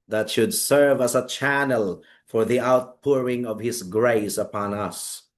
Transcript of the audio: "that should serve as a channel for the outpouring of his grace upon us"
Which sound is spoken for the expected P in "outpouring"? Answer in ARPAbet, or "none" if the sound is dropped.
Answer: P